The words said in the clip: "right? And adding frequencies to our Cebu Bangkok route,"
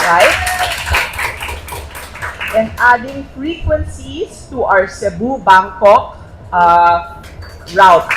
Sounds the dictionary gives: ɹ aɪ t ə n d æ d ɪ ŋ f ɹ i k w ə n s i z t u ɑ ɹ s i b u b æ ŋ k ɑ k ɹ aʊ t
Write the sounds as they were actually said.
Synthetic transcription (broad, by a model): ɹ aɪ t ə n d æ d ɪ ŋ f ɹ i k w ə n s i s t u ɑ w s i b u b æ ŋ k ɑ k ɹ aʊ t